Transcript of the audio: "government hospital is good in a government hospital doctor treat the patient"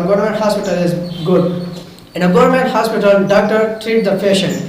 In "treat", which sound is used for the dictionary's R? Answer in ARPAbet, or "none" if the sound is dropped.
R